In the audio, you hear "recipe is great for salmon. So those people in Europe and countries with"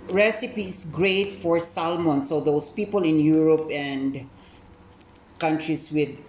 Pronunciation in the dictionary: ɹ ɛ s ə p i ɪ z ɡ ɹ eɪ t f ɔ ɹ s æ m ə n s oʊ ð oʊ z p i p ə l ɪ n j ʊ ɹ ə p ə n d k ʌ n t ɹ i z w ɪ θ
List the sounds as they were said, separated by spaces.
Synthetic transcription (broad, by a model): ɹ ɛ s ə p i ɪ s ɡ ɹ eɪ t f ɔ ɹ s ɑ m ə n s oʊ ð oʊ s p i p ə l ɪ n j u ɹ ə p ə n d k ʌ n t ɹ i s w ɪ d